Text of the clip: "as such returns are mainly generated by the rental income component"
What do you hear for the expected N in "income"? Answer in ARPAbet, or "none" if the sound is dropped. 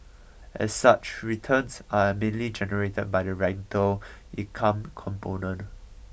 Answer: none